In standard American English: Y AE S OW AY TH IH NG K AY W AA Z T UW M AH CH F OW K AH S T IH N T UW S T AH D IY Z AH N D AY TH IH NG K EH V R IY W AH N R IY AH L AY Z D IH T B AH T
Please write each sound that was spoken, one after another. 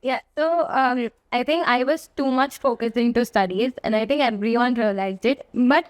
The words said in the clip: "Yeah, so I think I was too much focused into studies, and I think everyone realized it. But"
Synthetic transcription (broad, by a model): Y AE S OW AY T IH NG K AY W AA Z T UW M AH CH F OW K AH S IH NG T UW S T AH D IY Z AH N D AY T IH NG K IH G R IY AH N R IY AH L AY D IH T B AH T